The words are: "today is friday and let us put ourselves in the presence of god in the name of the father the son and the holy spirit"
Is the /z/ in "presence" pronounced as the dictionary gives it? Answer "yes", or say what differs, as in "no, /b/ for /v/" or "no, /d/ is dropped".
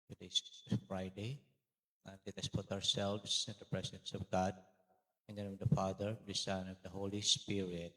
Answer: no, /s/ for /z/